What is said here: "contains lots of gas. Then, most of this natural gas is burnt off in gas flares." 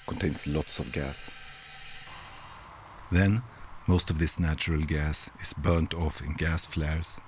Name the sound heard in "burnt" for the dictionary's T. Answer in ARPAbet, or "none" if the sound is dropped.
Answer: T